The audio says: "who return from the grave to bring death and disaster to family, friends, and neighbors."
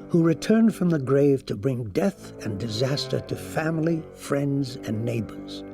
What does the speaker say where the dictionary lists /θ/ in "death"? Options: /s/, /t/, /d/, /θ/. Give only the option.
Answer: /θ/